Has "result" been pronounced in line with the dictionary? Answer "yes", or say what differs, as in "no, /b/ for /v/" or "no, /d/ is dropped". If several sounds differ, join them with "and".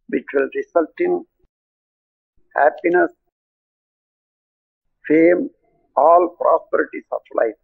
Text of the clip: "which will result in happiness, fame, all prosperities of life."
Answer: no, /s/ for /z/